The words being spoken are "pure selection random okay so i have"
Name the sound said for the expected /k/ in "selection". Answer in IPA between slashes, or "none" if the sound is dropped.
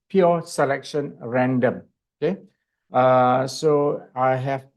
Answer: /k/